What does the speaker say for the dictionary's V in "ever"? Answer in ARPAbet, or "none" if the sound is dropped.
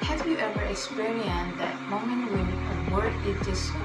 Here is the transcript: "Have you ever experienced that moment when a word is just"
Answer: V